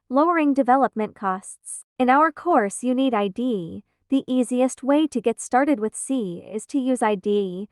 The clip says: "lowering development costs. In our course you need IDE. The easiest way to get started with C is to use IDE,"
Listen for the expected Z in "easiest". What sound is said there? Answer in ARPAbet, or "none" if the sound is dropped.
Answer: Z